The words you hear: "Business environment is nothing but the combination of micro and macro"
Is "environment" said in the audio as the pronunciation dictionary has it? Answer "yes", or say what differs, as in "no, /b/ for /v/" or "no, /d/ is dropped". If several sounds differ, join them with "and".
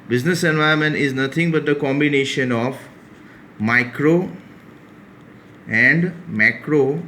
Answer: no, /ɹ/ is dropped